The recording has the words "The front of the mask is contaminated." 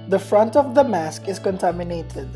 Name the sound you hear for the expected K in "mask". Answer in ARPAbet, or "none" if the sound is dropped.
K